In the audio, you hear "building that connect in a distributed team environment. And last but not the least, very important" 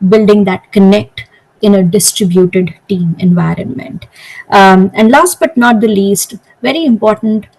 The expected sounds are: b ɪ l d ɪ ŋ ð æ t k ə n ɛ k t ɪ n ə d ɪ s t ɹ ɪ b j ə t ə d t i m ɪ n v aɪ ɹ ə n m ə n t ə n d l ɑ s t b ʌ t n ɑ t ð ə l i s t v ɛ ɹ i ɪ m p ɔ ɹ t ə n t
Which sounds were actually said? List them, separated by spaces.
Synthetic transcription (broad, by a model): b ɪ l d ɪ ŋ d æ t k ə n ɛ k t ɪ n ə d ɪ s t ɹ ɪ b j ə t ə d t i m ɪ n v aɪ ɹ ə n m ə n t ə n d l ɑ s t b ʌ t n ɑ t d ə l i s t v ɛ ɹ i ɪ m p ɔ ɹ t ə n t